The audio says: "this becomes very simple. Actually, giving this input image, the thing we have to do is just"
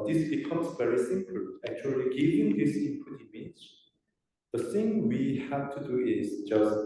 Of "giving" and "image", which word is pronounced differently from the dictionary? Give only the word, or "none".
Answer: image